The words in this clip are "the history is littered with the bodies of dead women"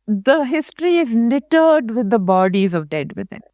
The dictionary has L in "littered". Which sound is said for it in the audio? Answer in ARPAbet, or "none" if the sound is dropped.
N